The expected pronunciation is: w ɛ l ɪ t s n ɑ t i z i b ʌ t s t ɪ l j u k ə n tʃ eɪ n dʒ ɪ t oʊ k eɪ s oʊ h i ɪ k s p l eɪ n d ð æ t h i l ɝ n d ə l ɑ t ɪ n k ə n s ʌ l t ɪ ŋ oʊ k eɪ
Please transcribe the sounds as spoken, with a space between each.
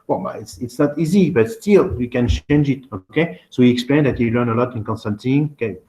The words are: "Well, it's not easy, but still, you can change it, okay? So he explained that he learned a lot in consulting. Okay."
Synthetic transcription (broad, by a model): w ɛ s ɪ t s n ɑ t i z i b ʌ t s t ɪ l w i k ə n tʃ eɪ n dʒ ɪ t oʊ k eɪ s oʊ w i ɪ k s p l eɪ n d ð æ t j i l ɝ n ə l ɑ t ɪ n k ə n s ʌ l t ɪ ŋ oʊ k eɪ